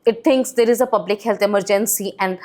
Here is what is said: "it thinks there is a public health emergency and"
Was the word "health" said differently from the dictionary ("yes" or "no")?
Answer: yes